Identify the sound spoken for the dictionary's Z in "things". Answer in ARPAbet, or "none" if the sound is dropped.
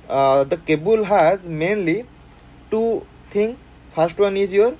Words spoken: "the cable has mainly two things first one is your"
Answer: none